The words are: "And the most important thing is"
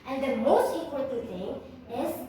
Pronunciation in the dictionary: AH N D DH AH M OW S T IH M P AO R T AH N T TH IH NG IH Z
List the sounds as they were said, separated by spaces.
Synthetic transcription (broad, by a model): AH N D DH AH M OW S T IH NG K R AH T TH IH NG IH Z